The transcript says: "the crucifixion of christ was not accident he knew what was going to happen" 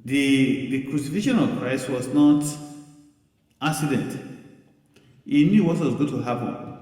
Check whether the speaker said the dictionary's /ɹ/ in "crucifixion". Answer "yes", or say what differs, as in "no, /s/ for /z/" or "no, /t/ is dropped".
yes